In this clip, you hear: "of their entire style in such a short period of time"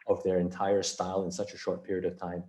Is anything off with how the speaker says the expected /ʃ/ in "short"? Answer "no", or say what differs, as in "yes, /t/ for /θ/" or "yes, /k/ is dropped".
no